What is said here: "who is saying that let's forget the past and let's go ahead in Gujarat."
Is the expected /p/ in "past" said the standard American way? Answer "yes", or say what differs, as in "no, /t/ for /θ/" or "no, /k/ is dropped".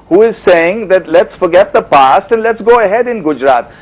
yes